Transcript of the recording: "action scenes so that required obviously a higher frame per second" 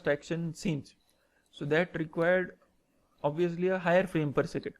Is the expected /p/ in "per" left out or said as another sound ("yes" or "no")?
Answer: no